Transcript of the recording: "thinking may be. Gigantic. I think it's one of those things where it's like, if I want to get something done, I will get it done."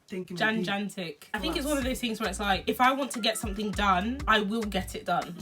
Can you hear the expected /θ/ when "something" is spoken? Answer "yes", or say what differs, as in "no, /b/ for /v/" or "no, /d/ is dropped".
yes